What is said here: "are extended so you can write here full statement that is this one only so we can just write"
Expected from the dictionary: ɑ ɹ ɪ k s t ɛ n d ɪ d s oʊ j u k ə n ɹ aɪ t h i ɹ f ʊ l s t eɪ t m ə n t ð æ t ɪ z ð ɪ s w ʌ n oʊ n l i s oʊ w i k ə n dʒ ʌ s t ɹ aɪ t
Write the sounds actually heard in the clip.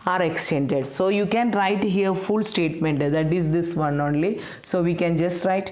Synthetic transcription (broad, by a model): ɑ ɹ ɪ k s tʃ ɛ n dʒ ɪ d s oʊ j u k ə n ɹ aɪ t h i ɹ f ʊ l s t eɪ t m ə n t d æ t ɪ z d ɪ s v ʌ n oʊ n l i s oʊ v i k ə n dʒ ʌ s t ɹ aɪ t